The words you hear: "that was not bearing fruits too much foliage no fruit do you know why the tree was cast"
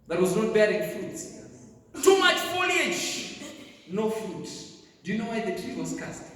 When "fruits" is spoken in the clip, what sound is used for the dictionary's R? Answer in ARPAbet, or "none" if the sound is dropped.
none